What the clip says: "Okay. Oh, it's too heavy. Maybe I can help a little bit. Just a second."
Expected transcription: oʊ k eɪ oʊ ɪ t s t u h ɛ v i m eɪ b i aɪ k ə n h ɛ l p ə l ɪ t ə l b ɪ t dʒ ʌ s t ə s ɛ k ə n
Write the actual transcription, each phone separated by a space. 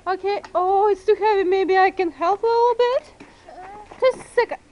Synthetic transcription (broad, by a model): oʊ k eɪ oʊ ɪ t s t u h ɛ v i m eɪ b i aɪ k ə n h ɛ l p ə l ɪ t l b ɪ t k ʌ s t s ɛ k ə